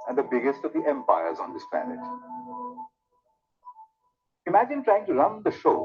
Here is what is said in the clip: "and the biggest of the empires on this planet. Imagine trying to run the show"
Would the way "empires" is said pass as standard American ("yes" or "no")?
yes